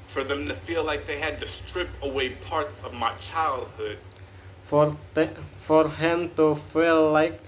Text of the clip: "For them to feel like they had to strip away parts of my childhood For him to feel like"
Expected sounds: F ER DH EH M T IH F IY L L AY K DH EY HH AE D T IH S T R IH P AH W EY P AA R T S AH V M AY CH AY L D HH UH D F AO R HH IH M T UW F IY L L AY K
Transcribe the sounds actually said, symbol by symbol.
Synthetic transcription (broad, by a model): F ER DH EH M T IH F IY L L AY K DH EY HH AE D T IH S T R IH P AH W EY P AA R T S AH V M AY CH AY L D HH UH D F AO R HH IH M T UW F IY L L AY K